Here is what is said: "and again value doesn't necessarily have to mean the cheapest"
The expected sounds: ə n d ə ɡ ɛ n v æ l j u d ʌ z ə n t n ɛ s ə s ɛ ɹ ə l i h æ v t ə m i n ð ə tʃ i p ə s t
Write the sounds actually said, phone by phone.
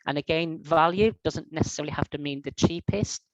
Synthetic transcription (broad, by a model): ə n ə ɡ ɛ n v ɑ l j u d ʌ z ə n t n ɛ s ə s ɛ ɹ ə l i h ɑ f t ə m i n ð ə tʃ i p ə s t